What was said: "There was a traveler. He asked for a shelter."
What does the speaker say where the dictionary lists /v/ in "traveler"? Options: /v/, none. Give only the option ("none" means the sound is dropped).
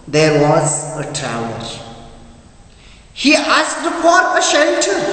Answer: none